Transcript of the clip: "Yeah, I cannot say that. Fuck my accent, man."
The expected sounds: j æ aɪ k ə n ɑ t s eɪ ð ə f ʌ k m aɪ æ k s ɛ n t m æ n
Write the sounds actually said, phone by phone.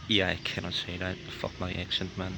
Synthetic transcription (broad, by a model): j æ aɪ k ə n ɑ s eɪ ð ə f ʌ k m aɪ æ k ʃ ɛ n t m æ n